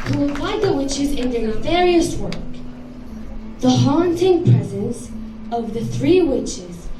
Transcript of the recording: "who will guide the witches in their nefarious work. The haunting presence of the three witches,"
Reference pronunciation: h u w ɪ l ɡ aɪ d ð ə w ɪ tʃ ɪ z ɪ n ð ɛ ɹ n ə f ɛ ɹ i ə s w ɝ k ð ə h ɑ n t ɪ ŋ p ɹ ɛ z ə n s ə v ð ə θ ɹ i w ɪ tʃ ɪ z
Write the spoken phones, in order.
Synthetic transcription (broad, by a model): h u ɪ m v aɪ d ð ə w ɪ tʃ ɪ z ɪ n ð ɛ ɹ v ɛ ɹ i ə s w ɝ k ð ə h ɑ n t ɪ ŋ p ɹ ɛ z ə n s ə v ð ə θ ɹ i w ɪ tʃ ɪ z